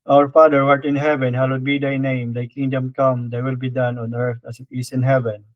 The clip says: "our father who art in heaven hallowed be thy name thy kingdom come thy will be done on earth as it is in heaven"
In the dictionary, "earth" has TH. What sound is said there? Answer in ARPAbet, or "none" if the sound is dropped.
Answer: T